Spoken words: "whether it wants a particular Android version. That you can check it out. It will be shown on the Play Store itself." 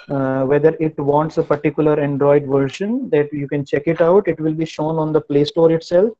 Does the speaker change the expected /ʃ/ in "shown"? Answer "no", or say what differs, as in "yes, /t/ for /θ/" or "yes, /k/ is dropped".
no